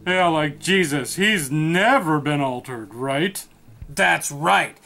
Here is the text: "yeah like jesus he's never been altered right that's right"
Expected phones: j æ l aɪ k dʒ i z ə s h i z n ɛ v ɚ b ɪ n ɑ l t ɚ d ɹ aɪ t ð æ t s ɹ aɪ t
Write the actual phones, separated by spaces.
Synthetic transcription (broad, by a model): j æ l aɪ k dʒ i z ə s h i z n ɛ v ɚ b ɪ n ɑ l t ɚ d ɹ aɪ t ð æ t s ɹ aɪ t